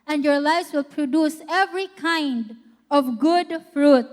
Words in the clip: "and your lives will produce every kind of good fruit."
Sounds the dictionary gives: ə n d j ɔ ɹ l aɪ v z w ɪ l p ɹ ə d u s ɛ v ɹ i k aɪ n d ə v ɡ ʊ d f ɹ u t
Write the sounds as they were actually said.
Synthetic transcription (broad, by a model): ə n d j ɔ ɹ l aɪ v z w ɪ l p ɹ ə d u s ɛ v ɹ i k aɪ n d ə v ɡ ʊ d f ɹ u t